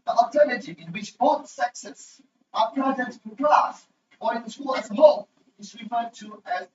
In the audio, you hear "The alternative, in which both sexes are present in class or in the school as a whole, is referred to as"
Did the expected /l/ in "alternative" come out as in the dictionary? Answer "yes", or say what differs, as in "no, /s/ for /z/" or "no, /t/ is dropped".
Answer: no, /l/ is dropped